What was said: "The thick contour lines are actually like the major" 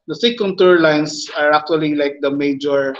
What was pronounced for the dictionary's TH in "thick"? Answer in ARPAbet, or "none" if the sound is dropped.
S